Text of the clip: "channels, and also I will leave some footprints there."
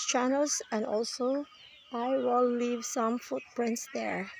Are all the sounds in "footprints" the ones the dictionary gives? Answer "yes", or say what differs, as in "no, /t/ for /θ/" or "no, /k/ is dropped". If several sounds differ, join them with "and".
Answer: yes